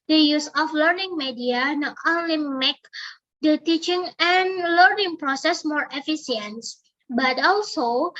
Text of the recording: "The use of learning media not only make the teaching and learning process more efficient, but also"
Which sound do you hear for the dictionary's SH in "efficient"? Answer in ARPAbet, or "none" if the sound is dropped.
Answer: S